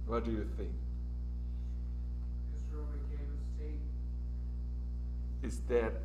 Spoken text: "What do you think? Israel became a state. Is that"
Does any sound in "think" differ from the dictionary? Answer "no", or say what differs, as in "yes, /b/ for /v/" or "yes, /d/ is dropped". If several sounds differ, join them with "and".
no